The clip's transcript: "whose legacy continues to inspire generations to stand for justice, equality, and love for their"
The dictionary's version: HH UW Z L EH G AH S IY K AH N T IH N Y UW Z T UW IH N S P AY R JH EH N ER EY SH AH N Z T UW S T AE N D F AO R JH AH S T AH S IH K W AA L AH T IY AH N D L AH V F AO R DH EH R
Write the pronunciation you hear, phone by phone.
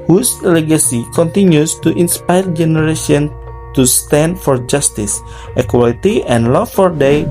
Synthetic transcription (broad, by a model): HH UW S L EH G AH S IY K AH N T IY N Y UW S T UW IH N S P AY R JH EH N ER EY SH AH N T UW S T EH N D F AO R JH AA S T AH S IH K W AA L AH T IY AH N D L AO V F AO R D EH